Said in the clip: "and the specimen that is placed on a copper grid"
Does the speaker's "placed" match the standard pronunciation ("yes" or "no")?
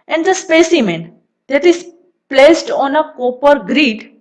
yes